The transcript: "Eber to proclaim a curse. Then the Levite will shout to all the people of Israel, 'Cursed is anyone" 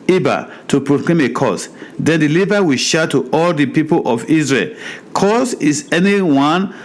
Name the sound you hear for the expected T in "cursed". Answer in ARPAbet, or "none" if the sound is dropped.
none